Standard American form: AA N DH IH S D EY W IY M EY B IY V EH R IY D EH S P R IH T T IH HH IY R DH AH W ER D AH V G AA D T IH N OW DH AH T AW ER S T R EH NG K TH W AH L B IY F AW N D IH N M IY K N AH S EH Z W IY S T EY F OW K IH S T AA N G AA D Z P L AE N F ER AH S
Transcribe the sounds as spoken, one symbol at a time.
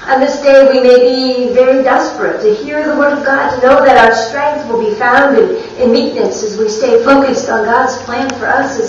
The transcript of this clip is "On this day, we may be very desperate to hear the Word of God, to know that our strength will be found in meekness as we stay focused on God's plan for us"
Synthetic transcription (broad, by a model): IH N DH IH S D EY W IY M EY B IY V EH R IY D EH S P R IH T T IH HH IY R DH AH W ER D AH V G AA D T IH N OW DH AH T AW ER S T R EH NG K TH W AH L B IY F AW N D IH N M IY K N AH S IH Z W IY S T EY F OW K IH S T N G AA D Z P L AE N F ER AH S